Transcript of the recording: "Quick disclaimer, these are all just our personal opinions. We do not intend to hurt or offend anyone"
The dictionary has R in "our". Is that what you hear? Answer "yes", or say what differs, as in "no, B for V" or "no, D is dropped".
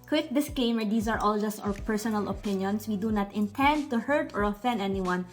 no, W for R